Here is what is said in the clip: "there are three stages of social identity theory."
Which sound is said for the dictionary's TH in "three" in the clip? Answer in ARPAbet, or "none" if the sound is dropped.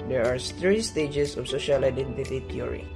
T